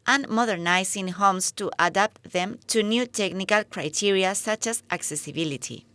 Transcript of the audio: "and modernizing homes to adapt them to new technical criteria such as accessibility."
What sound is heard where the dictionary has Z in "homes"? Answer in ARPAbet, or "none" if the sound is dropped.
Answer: S